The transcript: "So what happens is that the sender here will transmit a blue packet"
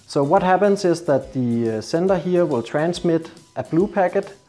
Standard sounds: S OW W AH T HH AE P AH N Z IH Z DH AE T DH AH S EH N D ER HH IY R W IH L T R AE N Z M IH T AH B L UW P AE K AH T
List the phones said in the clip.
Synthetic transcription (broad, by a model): S OW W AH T HH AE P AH N S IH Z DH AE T DH AH S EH N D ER HH IY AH W IH L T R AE N S M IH T AH B L UW P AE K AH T